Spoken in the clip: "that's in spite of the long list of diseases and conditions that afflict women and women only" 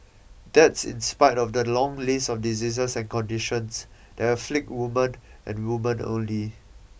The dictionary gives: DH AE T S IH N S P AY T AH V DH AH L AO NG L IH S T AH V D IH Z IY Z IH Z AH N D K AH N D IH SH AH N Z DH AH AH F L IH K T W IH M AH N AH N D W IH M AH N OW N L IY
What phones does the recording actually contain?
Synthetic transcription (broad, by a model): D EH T S IH N S P AY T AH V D AH L AO NG L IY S AH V D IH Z IY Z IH S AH N K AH N D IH SH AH N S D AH AH F L IH K T W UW M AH N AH N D W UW M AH N OW N L IY